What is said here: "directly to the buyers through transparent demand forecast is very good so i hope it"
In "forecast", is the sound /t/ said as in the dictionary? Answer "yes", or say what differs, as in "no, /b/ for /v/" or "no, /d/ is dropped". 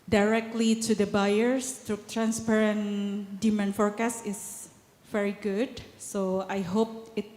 no, /t/ is dropped